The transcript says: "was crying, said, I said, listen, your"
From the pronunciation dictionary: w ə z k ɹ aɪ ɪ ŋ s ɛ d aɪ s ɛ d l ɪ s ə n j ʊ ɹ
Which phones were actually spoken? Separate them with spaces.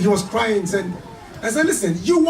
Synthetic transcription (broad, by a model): w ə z k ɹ aɪ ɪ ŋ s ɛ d aɪ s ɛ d l ɪ s ə n j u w